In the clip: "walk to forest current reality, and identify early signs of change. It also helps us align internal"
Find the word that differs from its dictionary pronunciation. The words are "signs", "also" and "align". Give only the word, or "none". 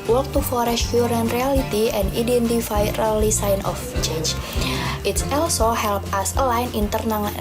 signs